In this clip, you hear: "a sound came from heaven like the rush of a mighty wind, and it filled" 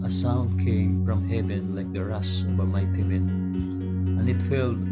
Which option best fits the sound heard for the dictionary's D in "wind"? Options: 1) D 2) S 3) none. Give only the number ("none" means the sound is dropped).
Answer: 3